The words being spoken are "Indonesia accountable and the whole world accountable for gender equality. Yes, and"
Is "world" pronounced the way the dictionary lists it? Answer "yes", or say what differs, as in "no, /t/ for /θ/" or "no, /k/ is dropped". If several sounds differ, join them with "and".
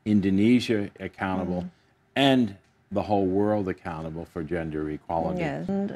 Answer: yes